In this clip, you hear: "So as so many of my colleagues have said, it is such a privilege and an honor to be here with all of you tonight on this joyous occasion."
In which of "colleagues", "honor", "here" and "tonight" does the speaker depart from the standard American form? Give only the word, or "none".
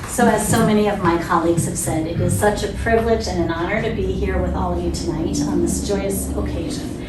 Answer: none